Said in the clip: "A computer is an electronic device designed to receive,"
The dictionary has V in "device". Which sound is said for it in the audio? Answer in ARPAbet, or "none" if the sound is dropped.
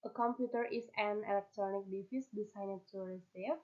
F